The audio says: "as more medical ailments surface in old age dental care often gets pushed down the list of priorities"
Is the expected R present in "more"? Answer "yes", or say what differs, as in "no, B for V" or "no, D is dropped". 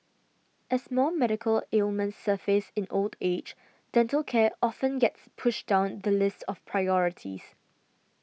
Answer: no, L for R